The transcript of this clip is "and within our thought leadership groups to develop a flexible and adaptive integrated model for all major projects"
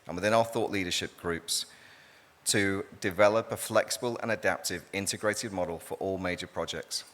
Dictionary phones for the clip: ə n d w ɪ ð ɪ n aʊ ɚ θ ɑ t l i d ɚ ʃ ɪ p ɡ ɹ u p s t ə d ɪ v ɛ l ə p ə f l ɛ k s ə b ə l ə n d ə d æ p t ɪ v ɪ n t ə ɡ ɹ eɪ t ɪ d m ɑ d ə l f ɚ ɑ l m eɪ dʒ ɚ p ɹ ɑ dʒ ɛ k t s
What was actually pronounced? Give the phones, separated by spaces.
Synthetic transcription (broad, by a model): ə n w ɪ ð ɪ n aʊ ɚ θ ɑ t l i d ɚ ʃ ɪ p ɡ ɹ u p s t ə d ɪ v ɛ l ə p ə f l ɛ k s ə b ə l ə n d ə d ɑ p t ɪ v ɪ n t ə ɡ ɹ eɪ t ɪ d m ɑ d ə l f ɚ ɑ l m eɪ dʒ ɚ p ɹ ɑ dʒ ɛ k t s